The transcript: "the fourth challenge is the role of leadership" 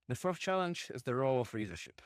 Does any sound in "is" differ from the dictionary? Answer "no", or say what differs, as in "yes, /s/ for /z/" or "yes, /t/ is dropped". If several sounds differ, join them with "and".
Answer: no